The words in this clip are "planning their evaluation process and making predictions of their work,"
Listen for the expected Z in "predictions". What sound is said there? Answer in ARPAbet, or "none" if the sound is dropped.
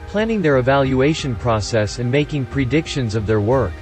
Z